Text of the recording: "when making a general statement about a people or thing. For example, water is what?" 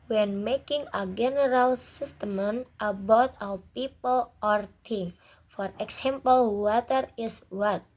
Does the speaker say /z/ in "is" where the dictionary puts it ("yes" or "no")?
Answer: no